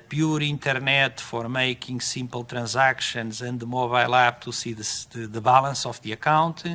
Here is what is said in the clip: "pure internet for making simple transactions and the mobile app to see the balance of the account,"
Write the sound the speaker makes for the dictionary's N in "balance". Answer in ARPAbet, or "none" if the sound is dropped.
L